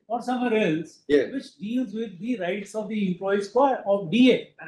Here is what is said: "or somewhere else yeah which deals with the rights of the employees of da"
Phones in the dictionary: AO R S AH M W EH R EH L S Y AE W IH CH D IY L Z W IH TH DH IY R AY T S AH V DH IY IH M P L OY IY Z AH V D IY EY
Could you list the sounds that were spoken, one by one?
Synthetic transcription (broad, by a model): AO R S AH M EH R EH L S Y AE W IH CH D IY L Z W IH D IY R AY T S AH V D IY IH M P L OY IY AH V D IY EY